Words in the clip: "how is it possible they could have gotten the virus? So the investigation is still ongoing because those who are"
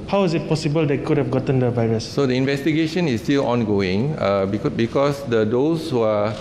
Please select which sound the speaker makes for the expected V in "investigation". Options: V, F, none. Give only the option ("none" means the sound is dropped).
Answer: V